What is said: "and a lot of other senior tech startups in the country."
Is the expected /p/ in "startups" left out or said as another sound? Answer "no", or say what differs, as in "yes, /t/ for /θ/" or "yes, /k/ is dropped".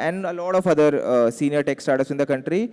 yes, /p/ is dropped